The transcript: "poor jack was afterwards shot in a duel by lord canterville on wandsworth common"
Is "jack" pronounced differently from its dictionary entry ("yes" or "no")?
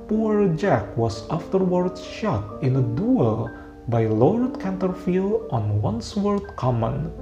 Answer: no